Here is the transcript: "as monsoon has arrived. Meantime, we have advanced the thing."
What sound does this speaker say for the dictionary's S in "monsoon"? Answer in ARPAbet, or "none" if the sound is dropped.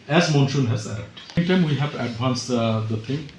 SH